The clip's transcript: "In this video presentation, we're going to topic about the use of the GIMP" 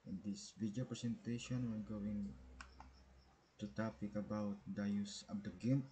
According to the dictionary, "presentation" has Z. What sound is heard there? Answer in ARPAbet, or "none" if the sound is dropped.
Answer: S